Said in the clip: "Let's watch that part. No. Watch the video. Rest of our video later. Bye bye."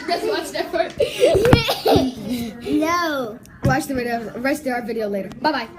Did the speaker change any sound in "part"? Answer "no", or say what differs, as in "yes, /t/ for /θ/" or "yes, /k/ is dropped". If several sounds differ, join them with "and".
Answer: yes, /f/ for /p/